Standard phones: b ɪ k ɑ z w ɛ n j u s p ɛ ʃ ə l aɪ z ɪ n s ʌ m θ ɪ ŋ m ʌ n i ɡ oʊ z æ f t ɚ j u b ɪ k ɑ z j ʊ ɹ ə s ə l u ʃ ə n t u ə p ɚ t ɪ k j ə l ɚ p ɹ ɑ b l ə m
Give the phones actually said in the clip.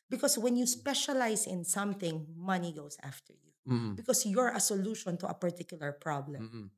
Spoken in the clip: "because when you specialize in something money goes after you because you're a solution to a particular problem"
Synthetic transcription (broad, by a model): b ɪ k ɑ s w ɛ n j u s p ɛ ʃ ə l aɪ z ɪ n s ʌ m θ ɪ ŋ m ʌ n i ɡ oʊ s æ f t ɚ j u b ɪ k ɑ s j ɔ ɹ ə s ə l u ʃ ə n t u ə p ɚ t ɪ k j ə l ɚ p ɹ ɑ b l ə m